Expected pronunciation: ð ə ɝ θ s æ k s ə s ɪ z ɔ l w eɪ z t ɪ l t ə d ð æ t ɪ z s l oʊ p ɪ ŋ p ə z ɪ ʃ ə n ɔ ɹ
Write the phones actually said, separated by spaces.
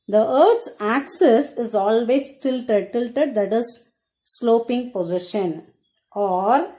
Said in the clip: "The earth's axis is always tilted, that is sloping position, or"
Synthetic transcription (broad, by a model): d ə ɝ t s æ k s ə s ɪ z ɔ l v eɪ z t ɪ l t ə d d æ t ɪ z s l oʊ p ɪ ŋ p ə z ɪ ʃ ə n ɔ ɹ